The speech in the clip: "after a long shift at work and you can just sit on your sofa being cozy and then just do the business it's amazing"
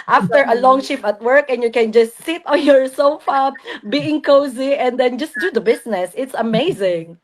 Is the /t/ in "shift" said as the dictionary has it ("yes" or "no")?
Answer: no